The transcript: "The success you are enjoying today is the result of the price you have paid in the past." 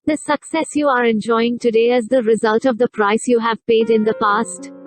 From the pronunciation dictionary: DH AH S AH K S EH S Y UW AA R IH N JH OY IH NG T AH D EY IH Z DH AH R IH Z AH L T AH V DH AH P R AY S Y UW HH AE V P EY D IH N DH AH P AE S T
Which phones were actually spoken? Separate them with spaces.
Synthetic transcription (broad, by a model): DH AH S AH K S EH S Y UW AA R IH N JH OY IH NG T AH D EY IH Z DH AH R IH Z AH L T AH V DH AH P R AY S Y UW HH AE V P EY D IH N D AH P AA S T